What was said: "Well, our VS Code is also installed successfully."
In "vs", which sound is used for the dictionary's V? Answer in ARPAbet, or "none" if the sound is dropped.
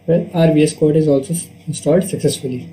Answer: B